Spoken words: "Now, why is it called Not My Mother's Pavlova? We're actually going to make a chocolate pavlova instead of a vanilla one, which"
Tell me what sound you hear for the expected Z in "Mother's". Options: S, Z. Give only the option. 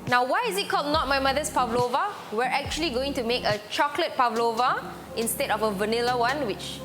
S